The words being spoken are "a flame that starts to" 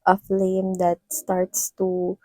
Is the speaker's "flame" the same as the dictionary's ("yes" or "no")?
yes